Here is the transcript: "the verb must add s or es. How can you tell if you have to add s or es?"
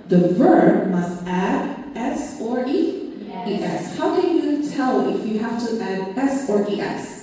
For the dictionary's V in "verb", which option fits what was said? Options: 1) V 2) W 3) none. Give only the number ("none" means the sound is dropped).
1